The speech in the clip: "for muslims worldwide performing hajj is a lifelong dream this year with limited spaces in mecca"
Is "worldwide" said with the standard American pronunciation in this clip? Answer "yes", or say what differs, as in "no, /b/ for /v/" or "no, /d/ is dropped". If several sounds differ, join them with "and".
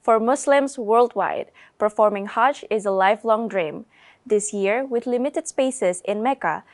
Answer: yes